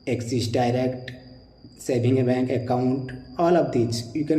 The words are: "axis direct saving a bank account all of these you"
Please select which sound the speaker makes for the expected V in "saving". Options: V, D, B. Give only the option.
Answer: B